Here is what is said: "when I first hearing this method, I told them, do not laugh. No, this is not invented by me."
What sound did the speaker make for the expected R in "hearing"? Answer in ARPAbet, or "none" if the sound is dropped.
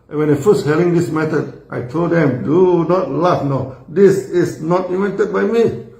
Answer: L